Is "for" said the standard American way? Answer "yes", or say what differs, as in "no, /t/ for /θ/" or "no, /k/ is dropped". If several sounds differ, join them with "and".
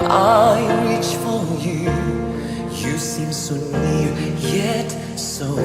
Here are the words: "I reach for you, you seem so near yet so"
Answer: no, /l/ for /ɹ/